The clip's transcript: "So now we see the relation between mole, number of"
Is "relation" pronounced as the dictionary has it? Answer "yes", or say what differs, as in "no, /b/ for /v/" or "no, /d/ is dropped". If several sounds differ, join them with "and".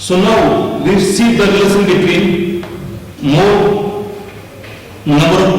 no, /s/ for /ʃ/